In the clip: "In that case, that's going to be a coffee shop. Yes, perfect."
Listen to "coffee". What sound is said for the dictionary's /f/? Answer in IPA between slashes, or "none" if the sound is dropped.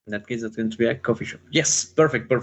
/f/